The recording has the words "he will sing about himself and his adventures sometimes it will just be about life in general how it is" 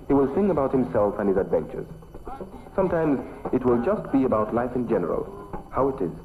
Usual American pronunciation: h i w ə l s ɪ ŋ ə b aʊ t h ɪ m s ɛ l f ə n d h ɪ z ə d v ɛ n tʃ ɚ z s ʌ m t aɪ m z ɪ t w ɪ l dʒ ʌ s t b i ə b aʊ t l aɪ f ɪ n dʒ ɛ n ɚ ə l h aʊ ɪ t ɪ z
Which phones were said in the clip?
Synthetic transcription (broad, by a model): h i w ə l s ɪ ŋ ə b aʊ t h ɪ m s ɛ l f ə n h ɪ z ə d v ɛ n tʃ ɚ z s ʌ m t aɪ m z ɪ t w ɪ l dʒ ʌ s t b i ə b aʊ t l aɪ f ɪ n dʒ ɛ n ɚ ə l h aʊ ɪ t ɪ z